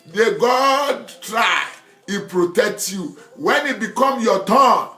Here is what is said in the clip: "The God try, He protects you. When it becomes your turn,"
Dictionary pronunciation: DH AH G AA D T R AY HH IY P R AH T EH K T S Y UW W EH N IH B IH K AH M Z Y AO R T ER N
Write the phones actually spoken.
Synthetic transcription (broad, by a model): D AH G AA D T R AY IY P R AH T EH K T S Y UW W EH N IH B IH K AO M Y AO T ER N